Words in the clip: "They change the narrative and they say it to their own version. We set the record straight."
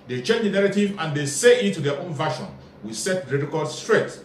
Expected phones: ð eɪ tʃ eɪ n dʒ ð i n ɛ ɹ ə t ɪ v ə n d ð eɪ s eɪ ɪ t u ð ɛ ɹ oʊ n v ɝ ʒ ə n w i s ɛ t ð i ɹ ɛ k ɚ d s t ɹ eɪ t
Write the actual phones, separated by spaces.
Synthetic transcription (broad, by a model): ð eɪ tʃ eɪ n dʒ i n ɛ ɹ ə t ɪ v ə n d eɪ s eɪ ɪ t u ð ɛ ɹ oʊ n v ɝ ʃ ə n w i s ɛ t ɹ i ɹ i k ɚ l s t ɹ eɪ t